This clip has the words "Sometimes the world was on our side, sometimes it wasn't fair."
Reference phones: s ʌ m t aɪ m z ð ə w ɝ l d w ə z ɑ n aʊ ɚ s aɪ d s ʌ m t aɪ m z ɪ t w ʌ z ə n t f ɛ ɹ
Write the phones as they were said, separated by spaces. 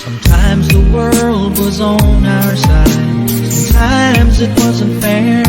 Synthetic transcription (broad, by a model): t aɪ m z ð ə w ɝ l d w ə z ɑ n aʊ ɚ s aɪ d t aɪ m z ɪ t w ʌ z ə n t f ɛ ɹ